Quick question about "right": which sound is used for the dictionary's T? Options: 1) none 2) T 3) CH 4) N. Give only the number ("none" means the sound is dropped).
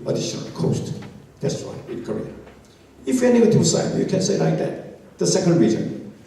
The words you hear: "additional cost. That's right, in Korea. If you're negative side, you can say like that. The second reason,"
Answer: 1